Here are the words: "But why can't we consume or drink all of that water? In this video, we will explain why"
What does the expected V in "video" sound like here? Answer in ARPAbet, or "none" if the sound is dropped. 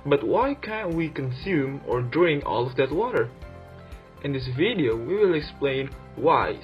V